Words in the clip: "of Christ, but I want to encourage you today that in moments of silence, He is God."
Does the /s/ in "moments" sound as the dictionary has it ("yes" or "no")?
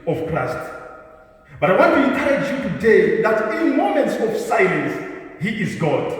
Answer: yes